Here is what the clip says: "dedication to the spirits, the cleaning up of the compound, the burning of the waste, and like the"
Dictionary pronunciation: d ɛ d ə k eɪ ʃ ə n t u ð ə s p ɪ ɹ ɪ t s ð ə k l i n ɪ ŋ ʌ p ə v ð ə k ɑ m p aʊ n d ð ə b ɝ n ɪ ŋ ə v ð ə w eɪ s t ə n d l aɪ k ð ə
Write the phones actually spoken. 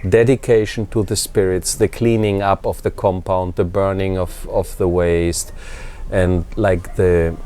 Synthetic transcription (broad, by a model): d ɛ d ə k eɪ ʃ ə n t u ð ə s p ɪ ɹ ɪ t s ð ə k l i n ɪ ŋ ʌ p ə v ð ə k ɑ m p aʊ n d ð ə b ɝ n ɪ ŋ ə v ð ə w eɪ s t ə n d l aɪ k ð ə